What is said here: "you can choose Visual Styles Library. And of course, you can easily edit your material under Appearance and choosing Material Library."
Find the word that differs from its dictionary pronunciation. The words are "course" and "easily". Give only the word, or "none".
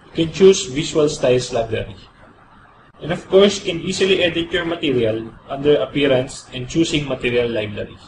easily